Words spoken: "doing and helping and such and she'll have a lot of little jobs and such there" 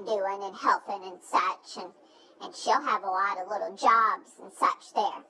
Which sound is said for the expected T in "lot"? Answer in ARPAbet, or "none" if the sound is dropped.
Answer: T